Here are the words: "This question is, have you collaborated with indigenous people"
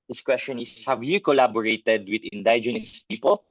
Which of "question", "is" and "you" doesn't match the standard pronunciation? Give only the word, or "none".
is